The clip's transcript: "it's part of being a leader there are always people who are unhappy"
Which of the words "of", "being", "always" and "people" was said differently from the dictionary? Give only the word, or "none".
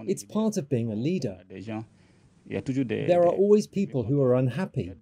none